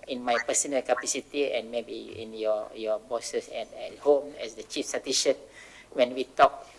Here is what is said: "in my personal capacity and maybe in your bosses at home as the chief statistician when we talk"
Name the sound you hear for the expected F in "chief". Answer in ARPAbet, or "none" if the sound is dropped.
F